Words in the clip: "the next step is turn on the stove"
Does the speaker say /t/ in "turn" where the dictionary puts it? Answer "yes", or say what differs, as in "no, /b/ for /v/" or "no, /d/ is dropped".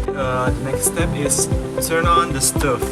no, /s/ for /t/